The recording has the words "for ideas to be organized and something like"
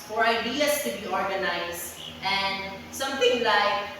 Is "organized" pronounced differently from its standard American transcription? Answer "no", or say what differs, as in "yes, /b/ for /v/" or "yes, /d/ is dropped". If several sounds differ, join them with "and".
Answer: yes, /d/ is dropped